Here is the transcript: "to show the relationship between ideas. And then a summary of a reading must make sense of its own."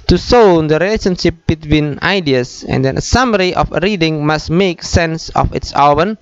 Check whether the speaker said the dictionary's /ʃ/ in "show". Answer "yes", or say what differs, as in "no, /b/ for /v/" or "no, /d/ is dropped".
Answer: no, /s/ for /ʃ/